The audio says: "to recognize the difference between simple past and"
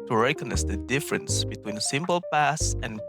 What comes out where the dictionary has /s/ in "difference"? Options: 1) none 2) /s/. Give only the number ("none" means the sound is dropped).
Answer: 2